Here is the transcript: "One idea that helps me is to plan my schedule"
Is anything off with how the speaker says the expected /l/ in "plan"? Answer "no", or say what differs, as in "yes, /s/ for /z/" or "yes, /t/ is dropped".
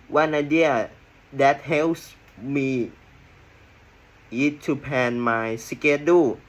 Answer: yes, /l/ is dropped